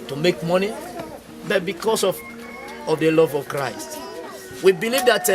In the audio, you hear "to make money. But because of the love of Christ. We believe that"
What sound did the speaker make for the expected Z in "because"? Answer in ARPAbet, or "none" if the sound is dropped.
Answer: S